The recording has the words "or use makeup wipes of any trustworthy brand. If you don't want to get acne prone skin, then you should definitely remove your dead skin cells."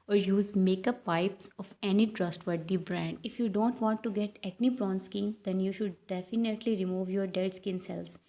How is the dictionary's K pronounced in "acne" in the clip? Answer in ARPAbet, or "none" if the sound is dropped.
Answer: none